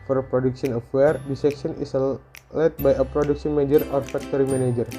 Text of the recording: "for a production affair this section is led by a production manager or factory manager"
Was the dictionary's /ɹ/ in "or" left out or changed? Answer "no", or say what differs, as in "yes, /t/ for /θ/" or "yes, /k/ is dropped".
no